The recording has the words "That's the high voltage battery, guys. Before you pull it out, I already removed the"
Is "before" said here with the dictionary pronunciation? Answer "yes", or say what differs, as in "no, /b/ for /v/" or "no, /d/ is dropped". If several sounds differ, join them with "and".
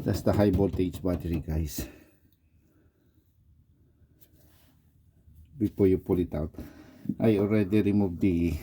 no, /p/ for /f/